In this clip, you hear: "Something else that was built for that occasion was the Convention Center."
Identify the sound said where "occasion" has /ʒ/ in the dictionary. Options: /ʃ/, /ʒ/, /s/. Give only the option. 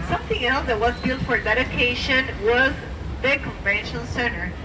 /ʃ/